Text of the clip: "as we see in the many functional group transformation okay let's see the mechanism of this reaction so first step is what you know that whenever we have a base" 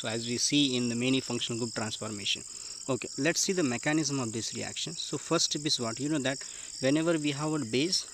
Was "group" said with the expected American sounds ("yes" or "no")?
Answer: no